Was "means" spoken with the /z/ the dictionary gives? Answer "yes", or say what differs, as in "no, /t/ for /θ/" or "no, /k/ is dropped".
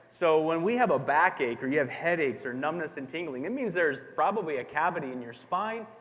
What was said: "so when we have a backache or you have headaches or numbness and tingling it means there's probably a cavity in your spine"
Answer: yes